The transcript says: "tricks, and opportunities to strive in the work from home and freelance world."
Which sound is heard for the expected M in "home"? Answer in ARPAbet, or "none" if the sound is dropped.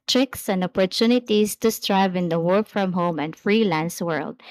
M